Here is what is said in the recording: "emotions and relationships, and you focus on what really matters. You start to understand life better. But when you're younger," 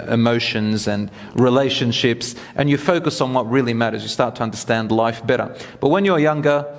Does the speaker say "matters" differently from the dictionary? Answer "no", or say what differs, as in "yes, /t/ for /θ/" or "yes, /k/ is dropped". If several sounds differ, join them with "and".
no